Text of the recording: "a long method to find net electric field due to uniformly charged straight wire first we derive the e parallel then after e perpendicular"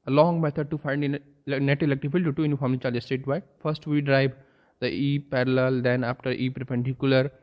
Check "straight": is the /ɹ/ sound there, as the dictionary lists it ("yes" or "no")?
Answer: no